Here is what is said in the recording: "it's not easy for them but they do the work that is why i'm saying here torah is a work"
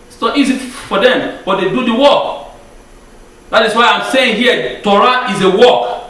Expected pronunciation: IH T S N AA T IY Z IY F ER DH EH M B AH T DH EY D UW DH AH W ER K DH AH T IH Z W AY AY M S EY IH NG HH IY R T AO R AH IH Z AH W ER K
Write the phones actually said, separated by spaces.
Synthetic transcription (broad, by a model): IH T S N AA T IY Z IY F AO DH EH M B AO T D EY D UW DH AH W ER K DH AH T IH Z W AY AY M S EY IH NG HH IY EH T AO R AH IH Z AH W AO K